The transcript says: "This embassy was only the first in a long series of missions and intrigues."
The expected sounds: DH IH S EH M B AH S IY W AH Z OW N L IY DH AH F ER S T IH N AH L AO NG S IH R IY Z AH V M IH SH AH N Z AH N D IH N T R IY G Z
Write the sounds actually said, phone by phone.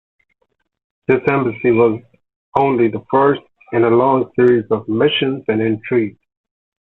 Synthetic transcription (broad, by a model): DH IH S EH M B AH S IY W AH Z OW N L IY DH AH F ER S T IH N AH L AO NG S IH R IY Z AH V M IH SH AH N Z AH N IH N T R IY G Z